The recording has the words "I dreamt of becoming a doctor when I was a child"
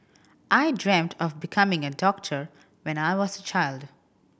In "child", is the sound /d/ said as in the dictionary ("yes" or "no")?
yes